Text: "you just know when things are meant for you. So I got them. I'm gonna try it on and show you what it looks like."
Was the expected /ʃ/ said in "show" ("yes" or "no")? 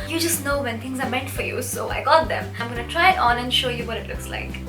yes